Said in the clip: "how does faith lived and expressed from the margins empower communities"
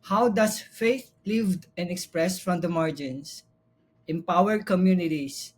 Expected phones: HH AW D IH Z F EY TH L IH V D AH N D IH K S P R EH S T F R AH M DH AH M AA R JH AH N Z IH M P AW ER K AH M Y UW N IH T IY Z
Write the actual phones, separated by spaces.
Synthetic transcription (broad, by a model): HH AW D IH S F EY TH L IH V D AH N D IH K S P R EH S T F R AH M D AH M AA R JH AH N S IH M P AW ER K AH M Y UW N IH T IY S